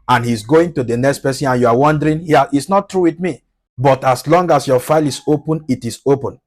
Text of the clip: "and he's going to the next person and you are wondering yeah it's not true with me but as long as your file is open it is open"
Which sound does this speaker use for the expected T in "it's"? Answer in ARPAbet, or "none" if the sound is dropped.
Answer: T